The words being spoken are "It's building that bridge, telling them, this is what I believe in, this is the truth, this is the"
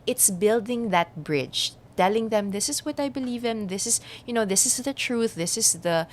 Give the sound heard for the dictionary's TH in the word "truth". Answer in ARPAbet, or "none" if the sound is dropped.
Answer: TH